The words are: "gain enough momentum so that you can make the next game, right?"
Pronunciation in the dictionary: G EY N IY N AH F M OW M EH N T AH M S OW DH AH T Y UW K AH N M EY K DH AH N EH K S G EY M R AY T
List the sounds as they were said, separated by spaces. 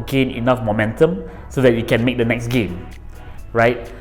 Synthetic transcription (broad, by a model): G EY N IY N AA F M OW M EH N T AH M S OW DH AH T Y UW K AH N M EY K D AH N EH K S G EY M R AY T